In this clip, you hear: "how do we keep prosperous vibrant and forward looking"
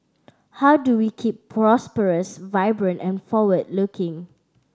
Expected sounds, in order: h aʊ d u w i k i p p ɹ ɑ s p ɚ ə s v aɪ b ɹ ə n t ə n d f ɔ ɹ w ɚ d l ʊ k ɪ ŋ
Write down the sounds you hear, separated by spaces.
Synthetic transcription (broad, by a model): h aʊ d u w i k i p p ɹ ɑ s p ɚ ə s v aɪ b ɹ ə n t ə n f ɔ w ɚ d l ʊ k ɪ ŋ